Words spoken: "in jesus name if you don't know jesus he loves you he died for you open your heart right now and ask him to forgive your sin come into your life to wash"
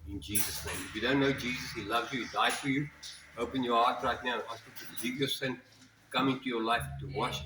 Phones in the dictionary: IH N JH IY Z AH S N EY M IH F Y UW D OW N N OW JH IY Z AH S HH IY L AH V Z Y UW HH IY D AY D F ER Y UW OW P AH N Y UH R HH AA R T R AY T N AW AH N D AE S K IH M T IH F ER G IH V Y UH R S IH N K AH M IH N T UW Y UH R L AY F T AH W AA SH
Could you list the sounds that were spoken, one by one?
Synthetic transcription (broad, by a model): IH N JH IY Z AH S N EY M IH F Y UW D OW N N OW JH IY Z AH S HH IY L AH V Z Y UW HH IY D AY D F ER Y UW OW P AH N Y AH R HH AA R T R AY T N AW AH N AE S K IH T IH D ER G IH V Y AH S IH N K AH M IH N T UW Y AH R L AY F T AH W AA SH